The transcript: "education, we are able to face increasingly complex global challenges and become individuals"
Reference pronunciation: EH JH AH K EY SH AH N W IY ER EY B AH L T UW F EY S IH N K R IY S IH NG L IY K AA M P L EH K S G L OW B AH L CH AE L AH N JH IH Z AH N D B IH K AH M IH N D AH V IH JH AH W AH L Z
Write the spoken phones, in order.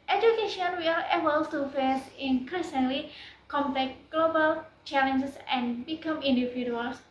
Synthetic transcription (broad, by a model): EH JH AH K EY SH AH N W IY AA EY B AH L T UW F EY S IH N K R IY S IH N L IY K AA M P L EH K G L OW B AH L CH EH L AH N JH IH S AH N B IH K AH M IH N D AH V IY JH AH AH L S